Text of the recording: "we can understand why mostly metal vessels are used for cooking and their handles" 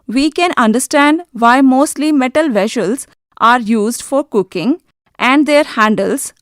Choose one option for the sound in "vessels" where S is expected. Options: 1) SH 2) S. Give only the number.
1